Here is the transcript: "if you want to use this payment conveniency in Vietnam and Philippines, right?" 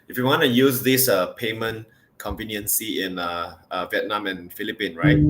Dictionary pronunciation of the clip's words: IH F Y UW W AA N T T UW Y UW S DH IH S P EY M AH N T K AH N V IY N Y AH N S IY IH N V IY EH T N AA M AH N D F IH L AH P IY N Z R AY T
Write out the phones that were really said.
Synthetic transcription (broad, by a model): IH F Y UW W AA N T T UW Y UW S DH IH S P EY M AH N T K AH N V IY N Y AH N S IY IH N V IY EH T N AA M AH N F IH L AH P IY N R AY T